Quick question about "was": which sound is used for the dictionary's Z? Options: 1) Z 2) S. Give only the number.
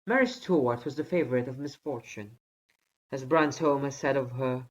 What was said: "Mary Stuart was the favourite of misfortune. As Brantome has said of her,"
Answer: 1